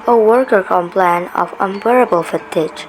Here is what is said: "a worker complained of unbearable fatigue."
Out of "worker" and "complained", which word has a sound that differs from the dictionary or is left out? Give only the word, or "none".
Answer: complained